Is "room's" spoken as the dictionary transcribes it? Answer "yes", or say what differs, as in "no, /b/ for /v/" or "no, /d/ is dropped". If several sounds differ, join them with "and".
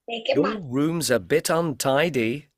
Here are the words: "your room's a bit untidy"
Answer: yes